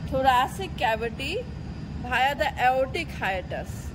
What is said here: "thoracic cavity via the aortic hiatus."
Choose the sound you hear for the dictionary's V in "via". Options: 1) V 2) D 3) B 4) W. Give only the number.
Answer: 3